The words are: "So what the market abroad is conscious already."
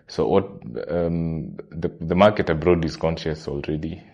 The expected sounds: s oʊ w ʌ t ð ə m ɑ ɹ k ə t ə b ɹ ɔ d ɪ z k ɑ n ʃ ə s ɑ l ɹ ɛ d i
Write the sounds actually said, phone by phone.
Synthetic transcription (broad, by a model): s oʊ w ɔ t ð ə m ɑ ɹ k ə t ə b ɹ ɔ d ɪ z k ɑ n ʃ ə s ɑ l ɹ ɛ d i